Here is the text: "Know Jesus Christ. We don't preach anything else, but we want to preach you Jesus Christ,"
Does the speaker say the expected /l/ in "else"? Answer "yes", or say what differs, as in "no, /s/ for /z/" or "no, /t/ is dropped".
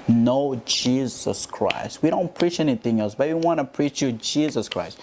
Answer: yes